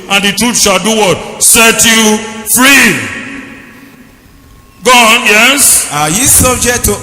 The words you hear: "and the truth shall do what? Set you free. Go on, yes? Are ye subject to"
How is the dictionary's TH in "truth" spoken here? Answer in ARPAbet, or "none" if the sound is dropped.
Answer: T